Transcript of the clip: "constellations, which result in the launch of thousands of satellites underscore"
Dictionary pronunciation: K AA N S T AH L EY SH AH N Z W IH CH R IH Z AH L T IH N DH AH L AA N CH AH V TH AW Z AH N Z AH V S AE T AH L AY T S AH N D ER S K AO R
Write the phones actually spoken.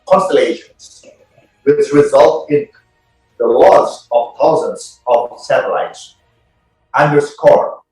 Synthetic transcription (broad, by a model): K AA N S T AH L EY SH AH N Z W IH S R IH Z AH L T IH N DH AH L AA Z AH V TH AW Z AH N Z AH V S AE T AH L AY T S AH N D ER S K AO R